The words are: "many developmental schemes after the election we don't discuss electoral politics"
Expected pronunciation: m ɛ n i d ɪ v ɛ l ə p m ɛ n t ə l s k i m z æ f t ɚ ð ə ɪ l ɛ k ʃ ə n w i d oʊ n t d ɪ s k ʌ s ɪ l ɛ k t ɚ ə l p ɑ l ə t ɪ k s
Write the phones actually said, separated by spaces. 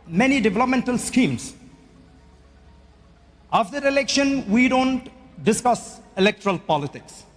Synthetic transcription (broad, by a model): m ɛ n i d ɪ v ɛ l ə p m ɛ n t ə l s k i m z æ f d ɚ ɪ l ɛ k ʃ ə n w i d oʊ n t d ɪ s k ʌ s ɪ l ɛ k t ɚ ə l p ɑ l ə t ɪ k s